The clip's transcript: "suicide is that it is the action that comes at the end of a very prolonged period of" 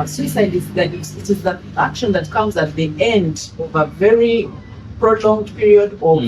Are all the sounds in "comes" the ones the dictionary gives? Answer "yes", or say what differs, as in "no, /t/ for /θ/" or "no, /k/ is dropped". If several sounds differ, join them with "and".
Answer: yes